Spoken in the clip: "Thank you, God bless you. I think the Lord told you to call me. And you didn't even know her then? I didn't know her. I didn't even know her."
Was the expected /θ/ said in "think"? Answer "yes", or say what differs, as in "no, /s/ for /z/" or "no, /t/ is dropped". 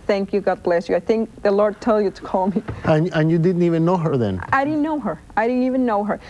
yes